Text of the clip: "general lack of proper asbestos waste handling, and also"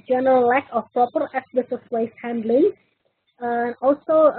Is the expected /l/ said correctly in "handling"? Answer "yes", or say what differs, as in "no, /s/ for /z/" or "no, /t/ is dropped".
yes